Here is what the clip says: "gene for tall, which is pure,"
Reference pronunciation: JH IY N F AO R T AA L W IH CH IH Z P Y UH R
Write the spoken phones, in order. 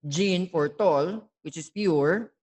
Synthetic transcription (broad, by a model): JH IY N F AO R T AA L W IH CH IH S P Y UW R